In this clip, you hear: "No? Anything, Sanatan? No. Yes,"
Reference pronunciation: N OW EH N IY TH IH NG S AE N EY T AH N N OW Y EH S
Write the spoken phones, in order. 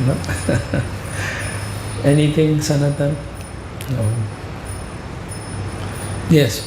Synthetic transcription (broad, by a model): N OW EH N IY T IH NG S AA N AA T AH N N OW Y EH S